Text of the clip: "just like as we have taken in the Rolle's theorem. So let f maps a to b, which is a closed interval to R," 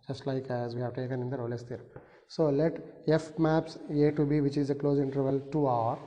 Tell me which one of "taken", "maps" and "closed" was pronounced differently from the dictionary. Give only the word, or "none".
closed